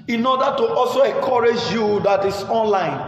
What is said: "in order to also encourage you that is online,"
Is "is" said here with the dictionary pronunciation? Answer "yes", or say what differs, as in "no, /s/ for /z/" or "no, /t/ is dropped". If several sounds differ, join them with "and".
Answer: no, /s/ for /z/